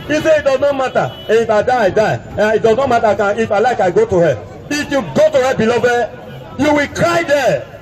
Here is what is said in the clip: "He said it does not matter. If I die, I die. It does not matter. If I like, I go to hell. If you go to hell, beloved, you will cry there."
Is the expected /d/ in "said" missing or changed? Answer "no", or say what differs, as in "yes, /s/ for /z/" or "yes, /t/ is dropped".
yes, /d/ is dropped